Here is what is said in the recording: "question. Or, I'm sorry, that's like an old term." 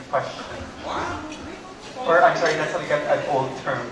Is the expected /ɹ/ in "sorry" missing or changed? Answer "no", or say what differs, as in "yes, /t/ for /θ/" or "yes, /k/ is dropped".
yes, /ɹ/ is dropped